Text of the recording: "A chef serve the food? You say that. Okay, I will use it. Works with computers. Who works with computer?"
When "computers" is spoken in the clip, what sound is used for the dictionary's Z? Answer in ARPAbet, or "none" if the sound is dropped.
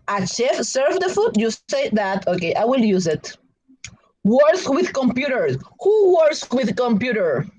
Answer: none